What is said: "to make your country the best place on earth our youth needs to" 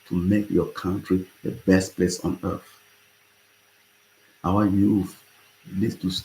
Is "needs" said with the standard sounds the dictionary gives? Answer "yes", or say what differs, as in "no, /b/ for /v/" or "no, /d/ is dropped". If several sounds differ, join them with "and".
no, /l/ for /n/